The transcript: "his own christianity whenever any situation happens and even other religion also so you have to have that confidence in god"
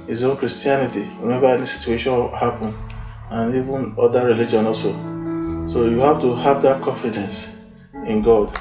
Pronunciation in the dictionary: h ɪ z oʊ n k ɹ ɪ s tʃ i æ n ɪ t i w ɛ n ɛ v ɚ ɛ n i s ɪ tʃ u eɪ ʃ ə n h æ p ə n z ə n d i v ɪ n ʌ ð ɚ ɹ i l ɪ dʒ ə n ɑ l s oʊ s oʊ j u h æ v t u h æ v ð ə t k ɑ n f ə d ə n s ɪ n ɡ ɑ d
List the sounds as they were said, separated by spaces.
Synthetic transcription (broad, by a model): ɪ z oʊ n k ɹ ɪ s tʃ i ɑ n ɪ t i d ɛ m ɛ b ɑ ɛ n i s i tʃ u eɪ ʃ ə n h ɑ p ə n ə n i v ɪ n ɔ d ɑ ɹ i l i dʒ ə n ɑ l s oʊ s oʊ j u h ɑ f t u h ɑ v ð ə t k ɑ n f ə d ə n s ɪ n ɡ ɑ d